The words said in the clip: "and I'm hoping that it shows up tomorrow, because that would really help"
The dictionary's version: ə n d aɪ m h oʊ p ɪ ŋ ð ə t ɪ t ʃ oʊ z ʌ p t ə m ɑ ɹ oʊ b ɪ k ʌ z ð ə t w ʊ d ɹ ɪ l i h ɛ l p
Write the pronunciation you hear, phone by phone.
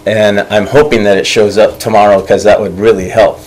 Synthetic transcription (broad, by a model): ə n aɪ m h oʊ p ɪ ŋ ð ə t ɪ t ʃ oʊ z ʌ p t ə m ɑ ɹ oʊ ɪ k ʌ z ð ə t w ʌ d ɹ ɪ l i h ɛ l p